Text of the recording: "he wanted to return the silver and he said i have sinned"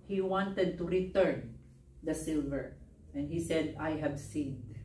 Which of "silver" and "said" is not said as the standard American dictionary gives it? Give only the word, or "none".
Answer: none